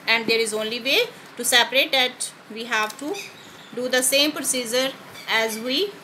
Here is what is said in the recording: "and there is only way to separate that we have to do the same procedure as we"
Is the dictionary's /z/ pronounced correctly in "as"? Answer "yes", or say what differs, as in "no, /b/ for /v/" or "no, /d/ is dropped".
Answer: yes